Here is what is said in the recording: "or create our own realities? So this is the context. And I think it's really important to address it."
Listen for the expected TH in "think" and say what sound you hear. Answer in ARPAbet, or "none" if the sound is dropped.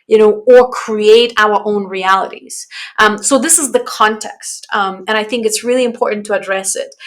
TH